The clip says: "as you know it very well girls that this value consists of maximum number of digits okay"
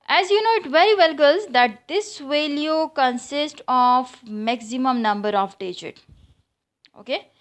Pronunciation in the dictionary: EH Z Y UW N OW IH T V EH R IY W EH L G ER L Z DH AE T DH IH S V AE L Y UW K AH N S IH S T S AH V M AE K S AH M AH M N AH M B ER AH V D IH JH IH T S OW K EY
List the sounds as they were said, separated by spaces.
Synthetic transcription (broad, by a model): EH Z Y UW N OW IH T V EH R IY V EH L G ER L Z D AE T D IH S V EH L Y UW K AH N S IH S T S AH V M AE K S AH M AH M N AH M B ER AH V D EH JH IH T OW K EY